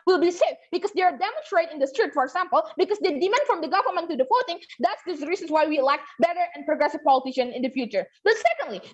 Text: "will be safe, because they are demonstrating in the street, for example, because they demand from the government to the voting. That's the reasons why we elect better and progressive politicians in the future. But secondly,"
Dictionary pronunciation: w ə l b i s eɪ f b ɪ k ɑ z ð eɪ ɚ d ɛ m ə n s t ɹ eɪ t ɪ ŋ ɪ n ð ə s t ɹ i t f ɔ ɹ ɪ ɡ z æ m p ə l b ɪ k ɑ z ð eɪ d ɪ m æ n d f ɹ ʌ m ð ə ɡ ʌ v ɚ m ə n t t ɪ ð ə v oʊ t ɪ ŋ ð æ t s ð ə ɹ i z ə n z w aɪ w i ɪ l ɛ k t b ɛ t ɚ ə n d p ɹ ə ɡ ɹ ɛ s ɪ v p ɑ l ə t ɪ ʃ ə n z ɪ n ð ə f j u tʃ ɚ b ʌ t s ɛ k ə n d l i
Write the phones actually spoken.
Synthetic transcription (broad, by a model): w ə l b i s eɪ f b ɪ k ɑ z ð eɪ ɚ d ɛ m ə n s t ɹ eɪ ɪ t ɪ n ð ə s t ɹ i t f ɔ ɹ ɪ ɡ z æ m p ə l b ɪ k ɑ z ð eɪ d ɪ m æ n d f ɹ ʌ m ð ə ɡ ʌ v ɚ m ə n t t ɪ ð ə f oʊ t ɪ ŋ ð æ t s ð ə ɹ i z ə n s w aɪ w i ɪ l ɛ k t b ɛ t ɚ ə n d p ɹ ə ɡ ɹ ɛ s ɪ v p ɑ l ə t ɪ ʃ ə n ɪ n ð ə f j u tʃ ɚ b ʌ t s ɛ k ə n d l i